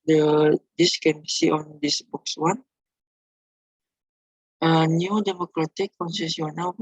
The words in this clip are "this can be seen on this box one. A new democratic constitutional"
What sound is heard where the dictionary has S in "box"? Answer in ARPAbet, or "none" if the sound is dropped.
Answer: S